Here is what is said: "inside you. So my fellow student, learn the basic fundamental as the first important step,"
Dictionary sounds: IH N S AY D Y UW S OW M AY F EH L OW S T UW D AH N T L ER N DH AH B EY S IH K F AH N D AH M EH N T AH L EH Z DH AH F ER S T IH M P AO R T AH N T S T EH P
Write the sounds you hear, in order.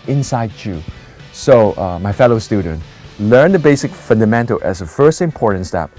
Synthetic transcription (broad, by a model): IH N S AY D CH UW S OW M AY F EH L OW S T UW D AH N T L ER N DH AH B EY S IH K F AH N D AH M EH N T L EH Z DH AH F ER S T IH M P AO R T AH N T S T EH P